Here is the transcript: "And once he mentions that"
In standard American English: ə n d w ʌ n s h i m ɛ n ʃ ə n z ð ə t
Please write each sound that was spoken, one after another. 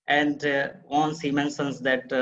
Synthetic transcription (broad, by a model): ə n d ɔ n s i m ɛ n s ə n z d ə t